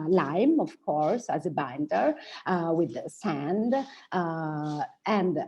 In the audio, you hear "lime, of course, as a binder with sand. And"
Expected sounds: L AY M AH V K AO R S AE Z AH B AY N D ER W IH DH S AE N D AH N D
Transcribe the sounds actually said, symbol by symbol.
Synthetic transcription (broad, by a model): L AY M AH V K AO R S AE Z AH B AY N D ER W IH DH S AE N D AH N D